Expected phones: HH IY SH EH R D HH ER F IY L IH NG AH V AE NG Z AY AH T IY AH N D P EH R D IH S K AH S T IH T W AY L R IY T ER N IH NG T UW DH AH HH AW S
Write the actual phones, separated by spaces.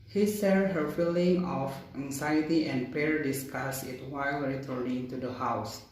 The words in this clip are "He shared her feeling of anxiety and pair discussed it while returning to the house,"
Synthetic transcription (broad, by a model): HH IY S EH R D HH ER F IY L IH NG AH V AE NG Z AY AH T IY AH N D P EH R D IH S K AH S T IH T W AY L R IY T ER N IH NG T UW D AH HH AW S